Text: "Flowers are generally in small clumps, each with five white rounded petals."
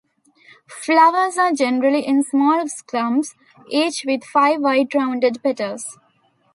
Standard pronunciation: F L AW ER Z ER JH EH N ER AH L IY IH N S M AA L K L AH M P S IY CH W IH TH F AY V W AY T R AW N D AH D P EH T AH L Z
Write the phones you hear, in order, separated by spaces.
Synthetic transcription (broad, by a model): F L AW ER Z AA JH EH N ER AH L IY IH N S M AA L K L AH M S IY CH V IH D F AY V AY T R AW N D AH D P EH T AH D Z